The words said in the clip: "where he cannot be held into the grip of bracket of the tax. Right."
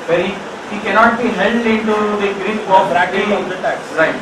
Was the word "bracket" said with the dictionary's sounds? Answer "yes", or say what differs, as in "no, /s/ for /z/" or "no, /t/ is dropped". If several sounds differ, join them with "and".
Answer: no, /t/ is dropped